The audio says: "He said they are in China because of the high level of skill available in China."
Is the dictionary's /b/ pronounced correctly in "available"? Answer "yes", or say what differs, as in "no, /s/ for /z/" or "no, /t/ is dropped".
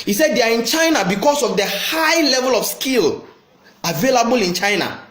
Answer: yes